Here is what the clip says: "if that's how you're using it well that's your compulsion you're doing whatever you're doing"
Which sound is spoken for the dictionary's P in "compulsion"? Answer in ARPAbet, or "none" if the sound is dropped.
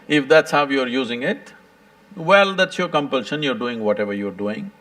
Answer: P